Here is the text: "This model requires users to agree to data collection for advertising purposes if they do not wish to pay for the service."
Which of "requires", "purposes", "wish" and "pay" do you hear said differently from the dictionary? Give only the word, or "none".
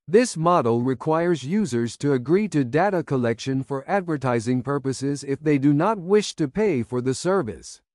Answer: none